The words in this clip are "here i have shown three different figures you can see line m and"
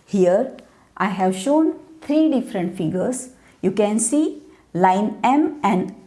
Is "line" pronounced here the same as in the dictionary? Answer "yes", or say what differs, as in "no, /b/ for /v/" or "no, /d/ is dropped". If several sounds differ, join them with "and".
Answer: yes